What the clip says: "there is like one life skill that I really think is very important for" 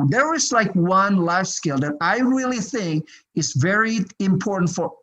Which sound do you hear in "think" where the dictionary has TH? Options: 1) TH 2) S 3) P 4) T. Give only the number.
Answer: 1